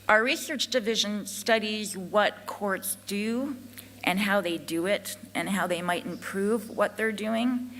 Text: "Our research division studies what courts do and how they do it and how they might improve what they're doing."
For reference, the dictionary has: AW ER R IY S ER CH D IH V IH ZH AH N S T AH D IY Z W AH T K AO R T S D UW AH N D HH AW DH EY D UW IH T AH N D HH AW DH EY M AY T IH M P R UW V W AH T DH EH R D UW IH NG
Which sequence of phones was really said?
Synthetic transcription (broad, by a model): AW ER R IY S ER CH D IH V IH ZH AH N S T AH D IY Z W AH T K AO R T S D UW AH N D HH AW DH EY D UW IH T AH N HH AW DH EY M AY T IH M P R UW V W AH T DH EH R D UW IH NG